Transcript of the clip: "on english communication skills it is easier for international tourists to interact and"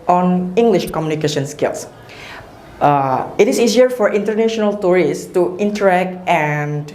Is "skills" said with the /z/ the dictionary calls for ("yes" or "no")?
no